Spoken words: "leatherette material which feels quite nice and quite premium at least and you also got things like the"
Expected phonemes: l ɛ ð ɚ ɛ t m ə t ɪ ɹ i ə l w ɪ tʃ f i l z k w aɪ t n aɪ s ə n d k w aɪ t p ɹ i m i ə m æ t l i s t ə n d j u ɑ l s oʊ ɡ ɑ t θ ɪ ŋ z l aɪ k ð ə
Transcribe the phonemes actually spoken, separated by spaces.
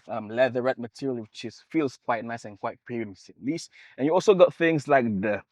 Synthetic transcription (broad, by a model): l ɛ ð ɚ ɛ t m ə t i ɹ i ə l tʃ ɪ s f i l s k w aɪ t n aɪ s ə n k w aɪ t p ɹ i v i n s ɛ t l i s t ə n j u ɑ l s oʊ ɡ ɑ t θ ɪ ŋ s l aɪ k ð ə